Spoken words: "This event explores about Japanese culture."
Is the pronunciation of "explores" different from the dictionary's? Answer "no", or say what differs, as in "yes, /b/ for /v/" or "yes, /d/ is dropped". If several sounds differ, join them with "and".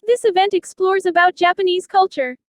no